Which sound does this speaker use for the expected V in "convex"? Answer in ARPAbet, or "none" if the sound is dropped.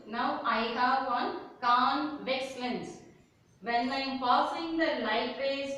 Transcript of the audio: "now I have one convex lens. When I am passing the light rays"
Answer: V